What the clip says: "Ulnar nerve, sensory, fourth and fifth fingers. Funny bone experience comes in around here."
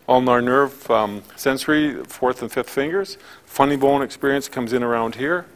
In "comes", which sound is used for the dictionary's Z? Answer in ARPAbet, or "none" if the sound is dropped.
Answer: Z